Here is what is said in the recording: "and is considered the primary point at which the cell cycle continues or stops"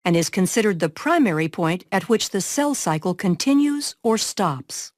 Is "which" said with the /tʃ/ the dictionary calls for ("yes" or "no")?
yes